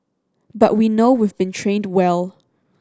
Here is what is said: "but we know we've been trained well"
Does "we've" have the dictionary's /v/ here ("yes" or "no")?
yes